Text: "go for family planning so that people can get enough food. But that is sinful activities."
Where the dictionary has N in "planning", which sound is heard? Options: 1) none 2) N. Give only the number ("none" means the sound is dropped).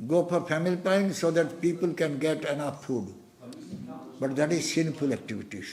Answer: 1